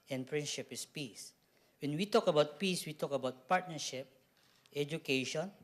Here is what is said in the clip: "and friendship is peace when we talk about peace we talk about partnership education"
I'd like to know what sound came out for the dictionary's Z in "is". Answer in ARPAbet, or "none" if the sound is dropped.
S